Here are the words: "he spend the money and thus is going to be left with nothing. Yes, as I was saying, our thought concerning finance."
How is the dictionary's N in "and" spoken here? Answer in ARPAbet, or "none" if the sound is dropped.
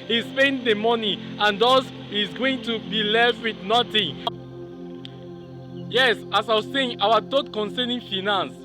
N